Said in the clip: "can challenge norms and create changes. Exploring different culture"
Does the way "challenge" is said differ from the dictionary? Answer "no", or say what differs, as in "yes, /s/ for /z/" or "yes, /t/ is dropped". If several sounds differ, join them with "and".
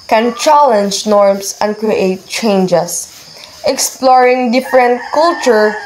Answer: no